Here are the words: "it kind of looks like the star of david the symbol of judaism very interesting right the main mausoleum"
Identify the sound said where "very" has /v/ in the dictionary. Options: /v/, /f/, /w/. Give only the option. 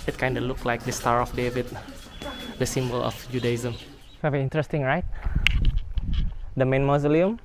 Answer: /f/